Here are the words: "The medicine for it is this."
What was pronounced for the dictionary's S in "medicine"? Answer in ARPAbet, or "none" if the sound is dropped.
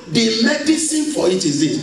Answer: S